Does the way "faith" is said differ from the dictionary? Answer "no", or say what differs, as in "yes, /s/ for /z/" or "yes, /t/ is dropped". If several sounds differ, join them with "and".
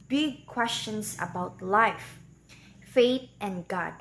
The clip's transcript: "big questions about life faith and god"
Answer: yes, /t/ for /θ/